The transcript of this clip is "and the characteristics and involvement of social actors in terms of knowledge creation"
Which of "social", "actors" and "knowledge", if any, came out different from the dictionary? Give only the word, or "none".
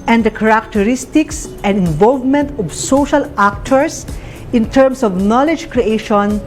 actors